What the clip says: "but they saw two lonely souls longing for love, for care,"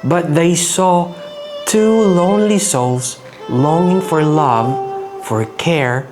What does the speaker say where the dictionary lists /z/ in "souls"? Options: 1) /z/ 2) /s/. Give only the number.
2